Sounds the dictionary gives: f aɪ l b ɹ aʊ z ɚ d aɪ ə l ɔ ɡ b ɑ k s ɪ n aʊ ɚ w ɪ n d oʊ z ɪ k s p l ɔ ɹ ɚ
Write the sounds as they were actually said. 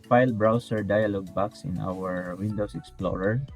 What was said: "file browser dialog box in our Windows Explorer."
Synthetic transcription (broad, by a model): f aɪ l b ɹ aʊ s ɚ d aɪ ə l ɔ ɡ b ɑ k s ɪ n aʊ ɚ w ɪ n d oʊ s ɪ k s p l ɔ ɹ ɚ